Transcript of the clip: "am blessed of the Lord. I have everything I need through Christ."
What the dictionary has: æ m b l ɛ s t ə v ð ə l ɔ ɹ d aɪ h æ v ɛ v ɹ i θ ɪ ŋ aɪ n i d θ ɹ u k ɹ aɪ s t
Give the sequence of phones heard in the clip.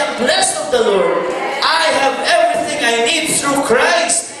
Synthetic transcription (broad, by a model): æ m b l ɛ s t ə v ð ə l ɔ ɹ d aɪ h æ v ɛ v ɹ i θ ɪ ŋ aɪ n i d θ ɹ u k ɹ aɪ s t